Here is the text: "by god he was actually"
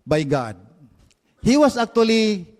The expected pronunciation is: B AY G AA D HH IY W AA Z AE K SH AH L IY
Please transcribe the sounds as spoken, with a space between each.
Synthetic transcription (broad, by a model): B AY G AA D HH IY W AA S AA K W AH L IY